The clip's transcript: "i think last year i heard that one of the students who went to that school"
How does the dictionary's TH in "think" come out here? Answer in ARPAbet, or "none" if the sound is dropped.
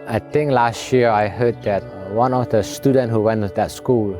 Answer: T